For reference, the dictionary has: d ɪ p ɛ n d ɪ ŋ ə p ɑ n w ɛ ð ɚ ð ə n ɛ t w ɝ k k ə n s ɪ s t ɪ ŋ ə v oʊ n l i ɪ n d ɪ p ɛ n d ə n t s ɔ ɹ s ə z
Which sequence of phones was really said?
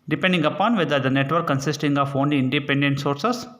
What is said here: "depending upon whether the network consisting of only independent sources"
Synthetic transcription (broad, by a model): d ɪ p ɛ n d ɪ ŋ ə p ɑ n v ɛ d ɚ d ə n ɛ t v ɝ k k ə n s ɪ s t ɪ ŋ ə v oʊ n l i ɪ n d ɪ p ɛ n d ə n t s ɔ ɹ s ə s